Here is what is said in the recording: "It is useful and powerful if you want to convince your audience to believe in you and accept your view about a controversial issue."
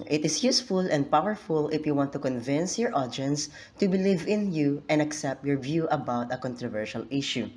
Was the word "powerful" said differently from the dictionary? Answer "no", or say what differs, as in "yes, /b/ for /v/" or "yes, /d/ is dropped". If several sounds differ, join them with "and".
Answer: no